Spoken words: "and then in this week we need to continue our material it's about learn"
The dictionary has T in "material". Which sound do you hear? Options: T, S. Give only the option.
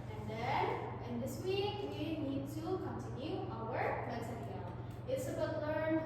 S